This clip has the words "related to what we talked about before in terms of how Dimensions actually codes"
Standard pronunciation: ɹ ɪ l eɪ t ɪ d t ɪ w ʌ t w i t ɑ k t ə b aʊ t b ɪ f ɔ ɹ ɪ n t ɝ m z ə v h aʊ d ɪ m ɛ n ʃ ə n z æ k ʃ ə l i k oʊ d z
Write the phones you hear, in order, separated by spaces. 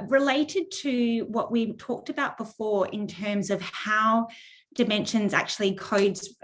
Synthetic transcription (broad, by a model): ɹ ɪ l eɪ t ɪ d t ɪ w ʌ t w i t ɑ k t ə b aʊ t b ɪ f ɔ ɹ ɪ n t ɝ m z ə v h aʊ d ɪ m ɛ n ʃ ə n z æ k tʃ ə l i k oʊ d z